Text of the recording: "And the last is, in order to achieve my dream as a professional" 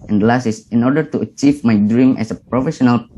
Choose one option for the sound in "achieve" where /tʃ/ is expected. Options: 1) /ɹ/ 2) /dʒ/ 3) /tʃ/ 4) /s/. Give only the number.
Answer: 3